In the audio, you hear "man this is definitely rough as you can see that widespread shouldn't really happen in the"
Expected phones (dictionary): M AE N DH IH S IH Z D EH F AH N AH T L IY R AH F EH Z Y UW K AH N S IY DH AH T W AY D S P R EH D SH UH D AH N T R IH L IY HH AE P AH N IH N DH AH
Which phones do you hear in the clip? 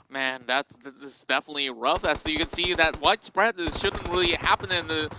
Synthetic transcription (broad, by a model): M AE N DH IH S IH S D EH F AH N AH T L IY R AH F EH S Y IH K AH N S IY DH AH T W AY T S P R EH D SH UH D N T R IH L IY HH AE P AH N IH N DH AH